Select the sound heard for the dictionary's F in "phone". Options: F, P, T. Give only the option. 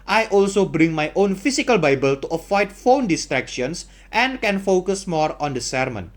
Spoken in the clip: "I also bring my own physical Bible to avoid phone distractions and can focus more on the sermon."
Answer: F